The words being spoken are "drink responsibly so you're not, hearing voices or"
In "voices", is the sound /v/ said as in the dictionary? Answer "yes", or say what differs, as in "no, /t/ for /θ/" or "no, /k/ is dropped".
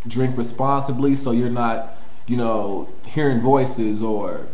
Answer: yes